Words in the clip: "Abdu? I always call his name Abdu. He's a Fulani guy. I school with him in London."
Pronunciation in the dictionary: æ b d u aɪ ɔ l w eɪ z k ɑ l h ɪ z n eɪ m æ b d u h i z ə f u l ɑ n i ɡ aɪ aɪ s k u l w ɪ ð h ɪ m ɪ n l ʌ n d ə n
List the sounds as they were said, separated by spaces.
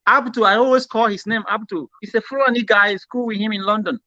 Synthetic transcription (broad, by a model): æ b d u aɪ ɔ l w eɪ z k ɑ l h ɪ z n eɪ m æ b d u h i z ə f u ɑ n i ɡ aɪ aɪ s k u l w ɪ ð h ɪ m ɪ n l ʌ n d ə n